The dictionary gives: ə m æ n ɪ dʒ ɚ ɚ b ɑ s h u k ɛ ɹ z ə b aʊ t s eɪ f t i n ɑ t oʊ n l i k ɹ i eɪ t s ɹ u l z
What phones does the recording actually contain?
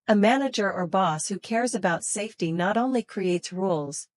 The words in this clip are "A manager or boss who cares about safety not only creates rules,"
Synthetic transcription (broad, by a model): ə m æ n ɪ dʒ ɚ ɚ b ɑ s h u k ɛ ɹ z ə b aʊ t s eɪ f t i n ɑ t oʊ n l i k ɹ i eɪ t s ɹ u l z